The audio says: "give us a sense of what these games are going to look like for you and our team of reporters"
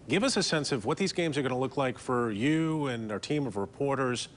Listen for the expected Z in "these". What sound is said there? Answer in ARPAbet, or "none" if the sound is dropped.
Z